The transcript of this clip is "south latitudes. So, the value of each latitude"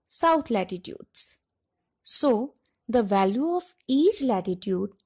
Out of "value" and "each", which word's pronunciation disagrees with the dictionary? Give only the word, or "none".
none